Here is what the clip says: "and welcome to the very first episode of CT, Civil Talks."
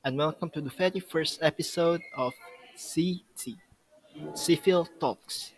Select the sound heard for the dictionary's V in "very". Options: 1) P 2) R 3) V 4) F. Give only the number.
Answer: 4